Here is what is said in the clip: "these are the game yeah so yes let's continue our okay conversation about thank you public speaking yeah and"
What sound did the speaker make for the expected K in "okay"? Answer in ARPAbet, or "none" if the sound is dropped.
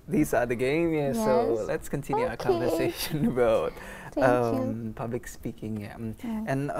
none